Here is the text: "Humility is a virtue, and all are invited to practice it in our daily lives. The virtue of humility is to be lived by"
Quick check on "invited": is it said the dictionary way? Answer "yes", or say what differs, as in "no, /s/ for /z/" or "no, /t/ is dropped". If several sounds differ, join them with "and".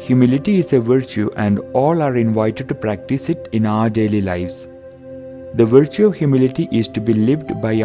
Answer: yes